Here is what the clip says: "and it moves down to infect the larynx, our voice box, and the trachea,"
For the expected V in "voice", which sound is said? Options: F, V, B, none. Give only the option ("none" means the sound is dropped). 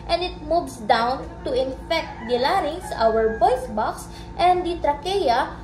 B